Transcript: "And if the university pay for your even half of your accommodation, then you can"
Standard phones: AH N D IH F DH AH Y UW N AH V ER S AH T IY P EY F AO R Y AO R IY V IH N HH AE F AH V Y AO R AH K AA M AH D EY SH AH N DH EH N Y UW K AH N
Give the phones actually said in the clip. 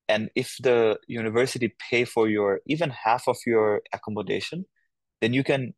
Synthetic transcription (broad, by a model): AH N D IH F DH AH Y UW N AH V ER S AH T IY P EY F AO R Y AO R IY V IH N HH AE F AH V Y AO R AH K AA M AH D EY SH AH N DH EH N Y UW K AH N